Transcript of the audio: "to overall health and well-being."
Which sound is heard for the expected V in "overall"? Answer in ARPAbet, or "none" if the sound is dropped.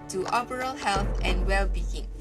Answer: B